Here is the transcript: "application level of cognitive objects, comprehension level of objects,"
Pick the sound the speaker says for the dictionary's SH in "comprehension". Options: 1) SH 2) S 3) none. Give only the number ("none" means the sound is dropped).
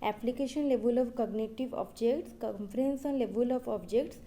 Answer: 2